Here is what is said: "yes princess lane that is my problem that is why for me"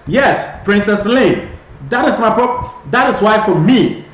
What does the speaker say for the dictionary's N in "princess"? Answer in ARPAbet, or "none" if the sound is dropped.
N